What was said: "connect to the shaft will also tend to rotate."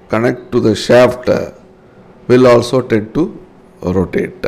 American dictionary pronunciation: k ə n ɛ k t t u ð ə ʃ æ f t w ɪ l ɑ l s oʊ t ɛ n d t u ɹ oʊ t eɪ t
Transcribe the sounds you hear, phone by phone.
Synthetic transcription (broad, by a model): k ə n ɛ k t t u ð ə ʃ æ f t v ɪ l ɑ l s oʊ t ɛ d t u ɹ oʊ t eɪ t